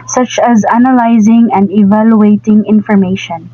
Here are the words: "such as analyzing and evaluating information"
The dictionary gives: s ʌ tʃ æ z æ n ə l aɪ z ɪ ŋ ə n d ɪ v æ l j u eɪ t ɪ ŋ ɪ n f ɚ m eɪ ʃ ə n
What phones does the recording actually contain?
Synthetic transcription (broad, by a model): s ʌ tʃ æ z æ n ə l aɪ z ɪ ŋ ə n d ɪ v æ l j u eɪ t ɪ ŋ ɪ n f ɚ m eɪ ʃ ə n